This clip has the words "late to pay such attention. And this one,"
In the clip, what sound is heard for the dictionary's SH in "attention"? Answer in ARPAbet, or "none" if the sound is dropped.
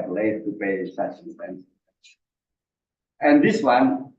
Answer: S